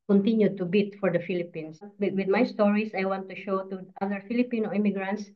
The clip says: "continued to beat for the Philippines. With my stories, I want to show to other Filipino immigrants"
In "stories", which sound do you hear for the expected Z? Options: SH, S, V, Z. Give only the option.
S